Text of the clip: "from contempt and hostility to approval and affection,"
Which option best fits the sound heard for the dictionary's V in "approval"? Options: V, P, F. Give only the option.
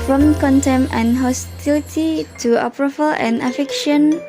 F